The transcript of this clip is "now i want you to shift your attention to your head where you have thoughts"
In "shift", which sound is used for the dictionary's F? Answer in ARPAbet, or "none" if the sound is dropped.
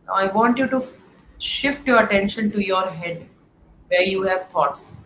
F